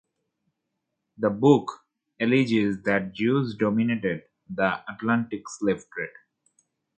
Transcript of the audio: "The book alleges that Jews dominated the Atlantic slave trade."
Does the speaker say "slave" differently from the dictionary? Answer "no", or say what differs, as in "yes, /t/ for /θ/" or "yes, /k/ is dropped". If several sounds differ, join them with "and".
yes, /f/ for /v/